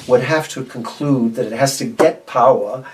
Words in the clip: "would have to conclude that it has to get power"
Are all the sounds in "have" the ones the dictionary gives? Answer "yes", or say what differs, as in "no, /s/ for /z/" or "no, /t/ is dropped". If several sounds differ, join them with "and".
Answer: no, /f/ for /v/